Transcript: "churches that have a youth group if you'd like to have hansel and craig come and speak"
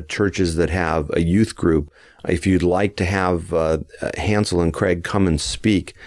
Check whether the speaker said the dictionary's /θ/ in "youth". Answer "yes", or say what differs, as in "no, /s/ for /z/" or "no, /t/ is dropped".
yes